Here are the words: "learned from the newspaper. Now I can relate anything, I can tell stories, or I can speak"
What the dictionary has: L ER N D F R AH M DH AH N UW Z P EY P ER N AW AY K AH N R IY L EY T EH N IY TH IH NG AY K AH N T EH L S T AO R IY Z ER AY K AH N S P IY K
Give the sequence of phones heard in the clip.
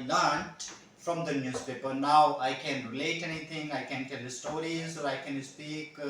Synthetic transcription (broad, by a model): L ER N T F R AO M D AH N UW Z P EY P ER N AW AY K AH N R IY L EY T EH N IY T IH NG AY K AH N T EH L S T AO R IY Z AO AY K AH N S P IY K